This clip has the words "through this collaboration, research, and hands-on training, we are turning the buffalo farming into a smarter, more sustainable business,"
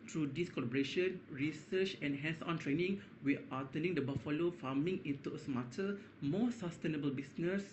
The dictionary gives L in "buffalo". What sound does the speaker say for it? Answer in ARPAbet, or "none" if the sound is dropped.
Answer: L